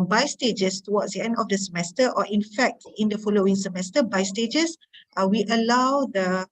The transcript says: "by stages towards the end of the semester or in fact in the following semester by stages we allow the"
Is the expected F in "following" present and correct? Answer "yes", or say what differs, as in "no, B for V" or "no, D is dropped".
yes